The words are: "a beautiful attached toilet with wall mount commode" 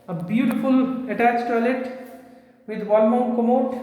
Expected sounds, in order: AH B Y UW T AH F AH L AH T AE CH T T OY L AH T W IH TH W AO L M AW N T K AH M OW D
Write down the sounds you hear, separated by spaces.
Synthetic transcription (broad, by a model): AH B Y UW T AH F AH L AH T AE CH T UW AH L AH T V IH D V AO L M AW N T K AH M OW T